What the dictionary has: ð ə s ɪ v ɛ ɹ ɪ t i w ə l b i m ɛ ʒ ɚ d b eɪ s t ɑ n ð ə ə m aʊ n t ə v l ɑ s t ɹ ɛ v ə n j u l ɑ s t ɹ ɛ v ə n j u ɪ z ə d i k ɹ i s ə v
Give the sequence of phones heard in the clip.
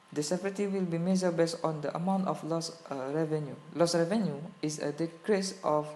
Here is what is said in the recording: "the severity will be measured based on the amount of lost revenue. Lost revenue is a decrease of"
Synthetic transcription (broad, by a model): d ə s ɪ p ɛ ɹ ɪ t i w ə l b i m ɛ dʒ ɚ b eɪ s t ɑ n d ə ə m aʊ n t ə f l ɑ s ɹ ɛ v ə n j u l ɑ s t ɹ ɛ v ə n j u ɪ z ə d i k ɹ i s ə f